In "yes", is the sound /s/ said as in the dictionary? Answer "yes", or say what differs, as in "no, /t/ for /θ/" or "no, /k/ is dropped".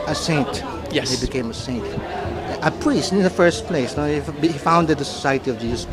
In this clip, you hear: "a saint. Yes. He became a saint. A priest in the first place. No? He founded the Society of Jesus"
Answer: no, /s/ is dropped